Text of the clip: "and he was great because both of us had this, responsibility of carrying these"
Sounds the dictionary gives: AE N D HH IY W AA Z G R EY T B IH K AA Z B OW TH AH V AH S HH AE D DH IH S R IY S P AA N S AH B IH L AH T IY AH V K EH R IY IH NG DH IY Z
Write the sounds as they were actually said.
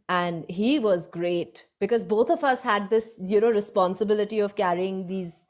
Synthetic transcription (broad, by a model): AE N D HH IY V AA Z G R EY T B IH K AA Z B OW T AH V AH S HH AE D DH IH S R IY S P AA N S AH B IH L AH T IY AH V K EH R IY IH NG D IY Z